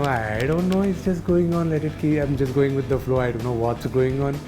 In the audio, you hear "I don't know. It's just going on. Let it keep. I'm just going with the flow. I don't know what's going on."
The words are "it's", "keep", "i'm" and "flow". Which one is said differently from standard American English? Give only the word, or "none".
keep